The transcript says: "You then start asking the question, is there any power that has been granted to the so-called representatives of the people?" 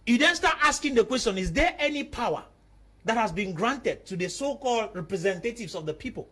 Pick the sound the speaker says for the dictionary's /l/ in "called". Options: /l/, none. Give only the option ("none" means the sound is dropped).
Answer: /l/